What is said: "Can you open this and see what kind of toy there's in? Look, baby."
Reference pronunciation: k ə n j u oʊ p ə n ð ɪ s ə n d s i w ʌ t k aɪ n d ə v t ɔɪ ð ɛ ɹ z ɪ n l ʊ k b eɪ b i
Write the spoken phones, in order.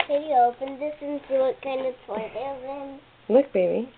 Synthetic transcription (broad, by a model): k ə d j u oʊ p ə n ð ɪ s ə n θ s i w ʌ t k aɪ n d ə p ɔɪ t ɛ l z ɪ n l ʊ k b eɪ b i